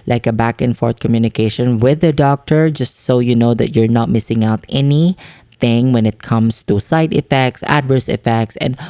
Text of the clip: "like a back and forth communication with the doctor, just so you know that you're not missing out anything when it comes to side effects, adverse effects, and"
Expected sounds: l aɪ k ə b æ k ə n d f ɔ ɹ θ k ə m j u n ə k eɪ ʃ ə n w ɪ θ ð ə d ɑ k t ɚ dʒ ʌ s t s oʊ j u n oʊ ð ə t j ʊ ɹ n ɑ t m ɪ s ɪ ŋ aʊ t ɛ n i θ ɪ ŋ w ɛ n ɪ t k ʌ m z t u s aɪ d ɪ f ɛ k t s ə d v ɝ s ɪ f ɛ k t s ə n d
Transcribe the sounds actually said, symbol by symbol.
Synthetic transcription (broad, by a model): l aɪ k ə b æ k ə n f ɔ ɹ t k ə m j u n ə k eɪ ʃ ə n w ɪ ð ə d ɑ k t ɚ dʒ ʌ s t s oʊ j u n oʊ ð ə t j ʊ ɹ n ɑ t m ɪ s ɪ ŋ aʊ t ɛ n i θ ɪ ŋ w ɛ n ɪ t k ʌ m s t u s aɪ d ɪ f ɛ k t s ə d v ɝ s ɪ f ɛ k t s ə n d